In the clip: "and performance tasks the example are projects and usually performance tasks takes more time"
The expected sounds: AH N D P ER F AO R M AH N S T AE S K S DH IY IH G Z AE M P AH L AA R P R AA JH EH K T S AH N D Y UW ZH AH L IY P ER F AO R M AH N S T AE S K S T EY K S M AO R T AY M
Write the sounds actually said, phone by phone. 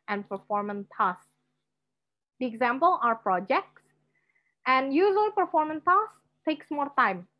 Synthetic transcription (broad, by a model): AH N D P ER F AO R M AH N T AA S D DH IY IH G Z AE M P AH L AA R P R AA JH EH K T S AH N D Y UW Z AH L P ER F AO R M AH N T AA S S T EY K S M AO R T AY M